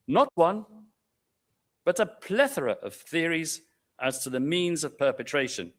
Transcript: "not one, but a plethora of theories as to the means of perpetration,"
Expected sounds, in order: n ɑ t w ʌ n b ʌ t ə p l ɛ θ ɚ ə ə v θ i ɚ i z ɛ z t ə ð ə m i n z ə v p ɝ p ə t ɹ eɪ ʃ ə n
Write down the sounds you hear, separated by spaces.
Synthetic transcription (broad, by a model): n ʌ t w ʌ n b ʌ t ə p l ɛ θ ɚ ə ə v θ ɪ ɚ i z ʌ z t ə ð ə m i n z ə v p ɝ p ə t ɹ eɪ ʃ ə n